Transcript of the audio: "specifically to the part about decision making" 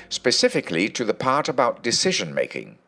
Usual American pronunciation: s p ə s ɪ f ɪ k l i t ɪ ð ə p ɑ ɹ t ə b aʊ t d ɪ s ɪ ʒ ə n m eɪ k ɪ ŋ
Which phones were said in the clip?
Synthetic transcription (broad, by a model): s p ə s ɪ f ɪ k l i t ɪ ð ə p ɑ ɹ t ə b aʊ t d ɪ s ɪ ʒ ə n m eɪ k ɪ ŋ